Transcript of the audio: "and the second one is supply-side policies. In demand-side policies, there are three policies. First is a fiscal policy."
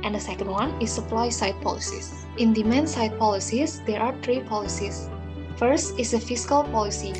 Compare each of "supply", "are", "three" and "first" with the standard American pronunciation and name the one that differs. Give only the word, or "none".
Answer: three